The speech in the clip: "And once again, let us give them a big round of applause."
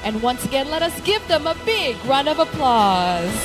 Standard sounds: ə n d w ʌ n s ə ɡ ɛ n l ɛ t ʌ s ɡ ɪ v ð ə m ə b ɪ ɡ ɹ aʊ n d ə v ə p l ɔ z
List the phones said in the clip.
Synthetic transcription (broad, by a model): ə n w ʌ n s ə ɡ ɛ n l ɛ t ʌ s ɡ ɪ v ð ə m ə b ɪ ɡ ɹ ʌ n ə v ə p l ɔ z